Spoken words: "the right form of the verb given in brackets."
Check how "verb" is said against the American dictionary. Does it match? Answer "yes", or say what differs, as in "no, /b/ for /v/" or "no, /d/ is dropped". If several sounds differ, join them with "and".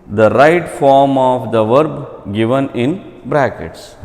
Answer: yes